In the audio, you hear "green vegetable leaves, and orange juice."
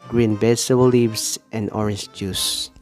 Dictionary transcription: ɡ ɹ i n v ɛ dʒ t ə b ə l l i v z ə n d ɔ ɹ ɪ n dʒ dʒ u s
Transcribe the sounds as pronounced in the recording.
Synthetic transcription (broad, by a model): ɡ ɹ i n b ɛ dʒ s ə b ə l l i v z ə n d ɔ ɹ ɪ n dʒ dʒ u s